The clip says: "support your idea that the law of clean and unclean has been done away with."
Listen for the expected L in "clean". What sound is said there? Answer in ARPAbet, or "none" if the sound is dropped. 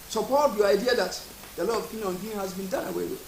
none